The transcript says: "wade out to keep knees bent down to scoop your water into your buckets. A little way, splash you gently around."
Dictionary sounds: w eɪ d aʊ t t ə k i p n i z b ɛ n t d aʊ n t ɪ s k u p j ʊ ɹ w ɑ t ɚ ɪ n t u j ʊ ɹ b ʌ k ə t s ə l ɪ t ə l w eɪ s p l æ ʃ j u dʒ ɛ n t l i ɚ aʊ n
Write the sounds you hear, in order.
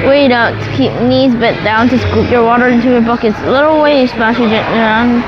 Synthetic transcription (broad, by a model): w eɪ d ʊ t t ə k i p n i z b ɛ t d aʊ n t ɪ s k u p j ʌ ɹ w ɑ t ɚ ɪ n t u j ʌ ɹ b ʌ k ə t s ə l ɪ t l w eɪ s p æ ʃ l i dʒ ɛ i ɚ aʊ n